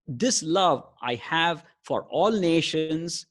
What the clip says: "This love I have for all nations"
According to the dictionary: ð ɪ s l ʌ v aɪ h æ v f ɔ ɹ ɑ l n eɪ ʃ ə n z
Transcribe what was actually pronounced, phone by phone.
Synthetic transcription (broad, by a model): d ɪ s l ʌ v aɪ h æ v f ɔ ɹ ɑ l n eɪ ʃ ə n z